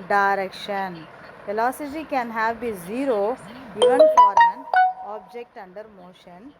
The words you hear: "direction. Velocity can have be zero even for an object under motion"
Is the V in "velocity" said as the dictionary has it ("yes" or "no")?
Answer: no